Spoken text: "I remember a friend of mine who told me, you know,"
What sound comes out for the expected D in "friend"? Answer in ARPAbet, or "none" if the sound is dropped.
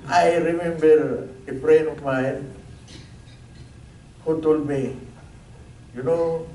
none